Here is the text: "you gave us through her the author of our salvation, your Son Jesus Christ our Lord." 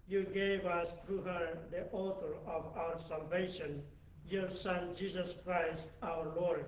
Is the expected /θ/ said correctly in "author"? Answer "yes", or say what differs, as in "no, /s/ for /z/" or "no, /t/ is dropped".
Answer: no, /t/ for /θ/